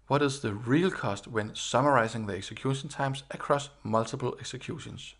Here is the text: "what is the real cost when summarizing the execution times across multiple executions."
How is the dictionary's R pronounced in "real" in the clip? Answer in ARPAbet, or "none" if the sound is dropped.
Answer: R